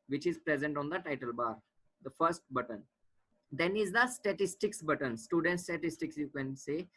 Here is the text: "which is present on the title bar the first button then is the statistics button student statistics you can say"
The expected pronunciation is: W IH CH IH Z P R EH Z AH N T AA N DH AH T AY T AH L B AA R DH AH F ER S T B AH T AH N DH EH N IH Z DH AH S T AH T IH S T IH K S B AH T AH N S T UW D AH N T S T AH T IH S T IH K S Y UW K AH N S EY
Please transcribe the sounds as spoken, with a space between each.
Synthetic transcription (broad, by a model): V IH CH IH Z P R EH Z AH N T AA N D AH T AY T AH L B AA R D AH F ER S T B AH T AH N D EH N IH Z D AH S T AH T IH S T IH K S B AH T AH N S T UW D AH N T S T AH T IH S T IH K S Y UW K AH N S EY